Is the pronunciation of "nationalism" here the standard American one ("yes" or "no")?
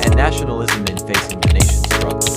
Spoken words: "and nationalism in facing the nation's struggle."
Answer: yes